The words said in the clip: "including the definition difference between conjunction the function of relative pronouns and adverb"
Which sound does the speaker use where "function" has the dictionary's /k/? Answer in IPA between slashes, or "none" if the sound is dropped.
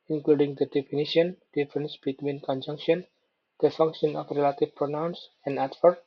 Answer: /k/